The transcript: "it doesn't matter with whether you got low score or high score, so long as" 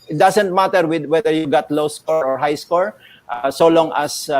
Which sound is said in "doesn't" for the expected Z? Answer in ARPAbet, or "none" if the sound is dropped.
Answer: S